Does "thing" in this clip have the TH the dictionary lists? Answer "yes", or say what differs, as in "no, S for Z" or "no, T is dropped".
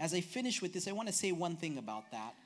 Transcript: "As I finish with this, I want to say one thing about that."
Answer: yes